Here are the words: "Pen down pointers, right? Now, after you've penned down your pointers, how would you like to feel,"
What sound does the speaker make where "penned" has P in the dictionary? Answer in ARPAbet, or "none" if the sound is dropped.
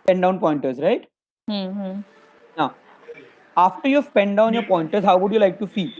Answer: P